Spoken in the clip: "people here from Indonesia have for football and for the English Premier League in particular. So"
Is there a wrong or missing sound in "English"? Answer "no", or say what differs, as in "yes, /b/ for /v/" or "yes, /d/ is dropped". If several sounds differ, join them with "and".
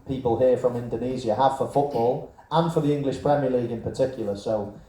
no